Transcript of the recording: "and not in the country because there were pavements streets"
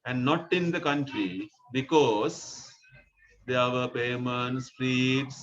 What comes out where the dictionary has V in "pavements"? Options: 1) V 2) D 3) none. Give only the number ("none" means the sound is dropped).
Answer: 3